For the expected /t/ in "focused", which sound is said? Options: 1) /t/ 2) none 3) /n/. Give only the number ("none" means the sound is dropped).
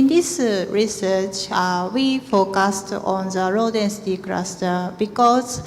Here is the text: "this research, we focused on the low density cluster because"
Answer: 1